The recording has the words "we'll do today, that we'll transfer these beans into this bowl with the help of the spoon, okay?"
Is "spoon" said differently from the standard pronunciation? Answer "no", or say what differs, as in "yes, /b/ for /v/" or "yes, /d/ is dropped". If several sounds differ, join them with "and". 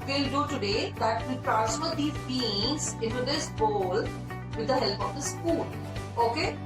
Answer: yes, /l/ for /n/